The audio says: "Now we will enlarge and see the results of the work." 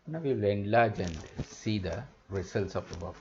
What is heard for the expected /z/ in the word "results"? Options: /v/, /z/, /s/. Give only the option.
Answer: /s/